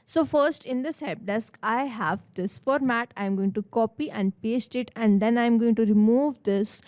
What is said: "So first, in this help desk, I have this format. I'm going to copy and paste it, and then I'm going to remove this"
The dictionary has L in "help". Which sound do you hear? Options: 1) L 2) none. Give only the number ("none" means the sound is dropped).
2